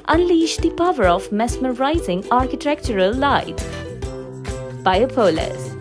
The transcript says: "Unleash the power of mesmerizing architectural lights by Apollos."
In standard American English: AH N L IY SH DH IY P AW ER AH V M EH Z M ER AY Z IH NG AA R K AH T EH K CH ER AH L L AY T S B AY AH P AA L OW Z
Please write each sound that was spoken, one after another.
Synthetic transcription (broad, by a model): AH N L IY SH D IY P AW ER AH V M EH S M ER AY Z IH NG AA R K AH T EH K CH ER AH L L AY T B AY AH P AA L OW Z